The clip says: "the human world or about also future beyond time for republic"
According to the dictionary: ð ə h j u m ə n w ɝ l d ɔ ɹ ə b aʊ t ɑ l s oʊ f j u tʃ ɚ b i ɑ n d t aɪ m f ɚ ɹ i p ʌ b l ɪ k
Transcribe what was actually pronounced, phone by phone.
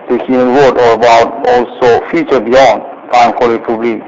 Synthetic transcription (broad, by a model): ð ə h j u m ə n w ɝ d ɔ ɹ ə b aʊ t ɑ l s oʊ f j u tʃ ɚ b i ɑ n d t aɪ m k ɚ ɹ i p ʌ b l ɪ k